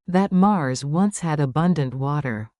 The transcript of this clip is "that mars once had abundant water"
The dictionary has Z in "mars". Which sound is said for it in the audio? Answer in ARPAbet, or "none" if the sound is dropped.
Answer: Z